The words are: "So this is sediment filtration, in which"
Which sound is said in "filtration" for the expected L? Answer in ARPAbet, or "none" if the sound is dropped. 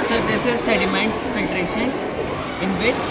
none